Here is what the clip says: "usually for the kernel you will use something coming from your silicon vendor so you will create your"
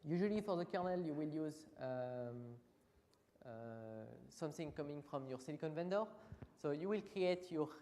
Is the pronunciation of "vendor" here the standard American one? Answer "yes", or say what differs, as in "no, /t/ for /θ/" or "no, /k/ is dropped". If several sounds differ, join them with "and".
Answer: yes